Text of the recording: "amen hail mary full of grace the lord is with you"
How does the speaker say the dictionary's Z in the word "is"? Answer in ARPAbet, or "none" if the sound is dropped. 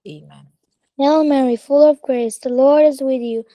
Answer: Z